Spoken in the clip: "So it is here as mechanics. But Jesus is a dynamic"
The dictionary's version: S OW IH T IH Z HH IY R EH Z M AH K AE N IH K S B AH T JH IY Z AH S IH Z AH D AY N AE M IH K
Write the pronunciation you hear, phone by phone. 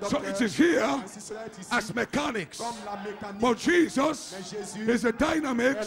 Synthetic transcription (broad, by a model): S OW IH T IH Z HH IY R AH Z M AH K AE N IH K S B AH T JH IY Z AH S IH Z AH D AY N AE M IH K